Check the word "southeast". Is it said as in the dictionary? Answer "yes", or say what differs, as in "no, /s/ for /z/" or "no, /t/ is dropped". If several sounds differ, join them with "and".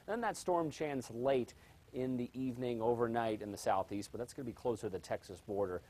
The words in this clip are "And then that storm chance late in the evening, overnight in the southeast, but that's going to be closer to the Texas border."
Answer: yes